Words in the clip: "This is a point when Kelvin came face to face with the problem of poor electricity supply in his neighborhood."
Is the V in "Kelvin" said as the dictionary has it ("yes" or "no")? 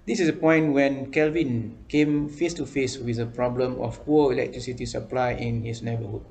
yes